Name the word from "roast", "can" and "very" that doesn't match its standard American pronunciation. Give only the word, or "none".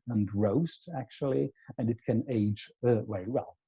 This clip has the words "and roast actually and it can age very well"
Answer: very